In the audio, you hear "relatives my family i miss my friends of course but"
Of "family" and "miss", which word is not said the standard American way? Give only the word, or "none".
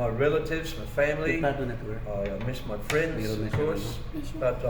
family